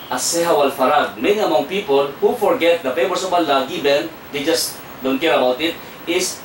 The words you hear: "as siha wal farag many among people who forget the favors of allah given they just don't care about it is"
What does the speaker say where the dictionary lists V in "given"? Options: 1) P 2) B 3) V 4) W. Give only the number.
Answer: 2